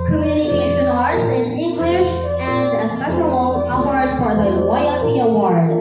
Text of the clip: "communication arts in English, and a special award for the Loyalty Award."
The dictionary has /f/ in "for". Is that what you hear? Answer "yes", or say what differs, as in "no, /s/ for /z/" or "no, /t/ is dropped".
no, /p/ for /f/